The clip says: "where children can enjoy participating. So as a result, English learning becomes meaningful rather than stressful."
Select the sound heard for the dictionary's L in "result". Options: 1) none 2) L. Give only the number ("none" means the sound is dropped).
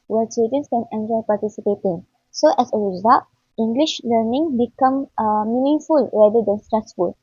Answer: 1